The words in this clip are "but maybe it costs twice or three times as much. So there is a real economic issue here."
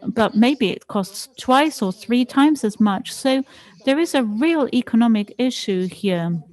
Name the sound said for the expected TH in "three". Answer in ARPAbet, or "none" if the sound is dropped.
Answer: TH